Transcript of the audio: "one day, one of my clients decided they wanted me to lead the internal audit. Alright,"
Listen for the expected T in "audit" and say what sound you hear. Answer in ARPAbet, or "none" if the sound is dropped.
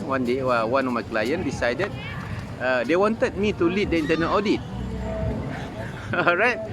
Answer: T